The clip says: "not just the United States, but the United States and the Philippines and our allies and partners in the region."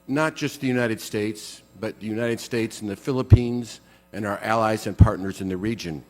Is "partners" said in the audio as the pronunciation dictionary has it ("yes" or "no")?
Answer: yes